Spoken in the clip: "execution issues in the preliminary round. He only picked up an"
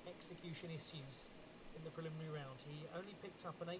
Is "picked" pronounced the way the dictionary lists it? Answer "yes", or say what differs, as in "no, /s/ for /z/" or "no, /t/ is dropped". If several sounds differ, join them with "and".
yes